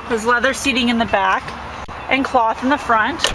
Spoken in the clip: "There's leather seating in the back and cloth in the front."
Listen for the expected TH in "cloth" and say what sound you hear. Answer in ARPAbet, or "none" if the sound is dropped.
TH